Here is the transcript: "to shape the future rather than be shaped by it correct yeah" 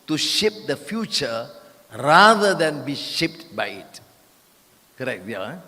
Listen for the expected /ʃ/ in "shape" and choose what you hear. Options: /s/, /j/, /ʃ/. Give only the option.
/ʃ/